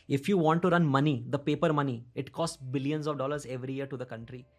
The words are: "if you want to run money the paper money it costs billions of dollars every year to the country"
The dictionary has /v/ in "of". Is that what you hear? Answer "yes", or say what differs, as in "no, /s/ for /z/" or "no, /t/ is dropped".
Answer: yes